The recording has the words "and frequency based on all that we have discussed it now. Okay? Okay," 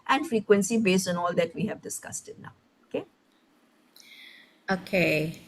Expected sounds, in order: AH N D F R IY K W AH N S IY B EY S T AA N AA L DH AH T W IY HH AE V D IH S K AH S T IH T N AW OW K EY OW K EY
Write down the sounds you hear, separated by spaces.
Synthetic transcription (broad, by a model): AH N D F R IY K W AH N S IY B EY S T AA N AA L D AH T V IY HH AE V D IH S K AH S T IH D N AW OW K EY OW K EY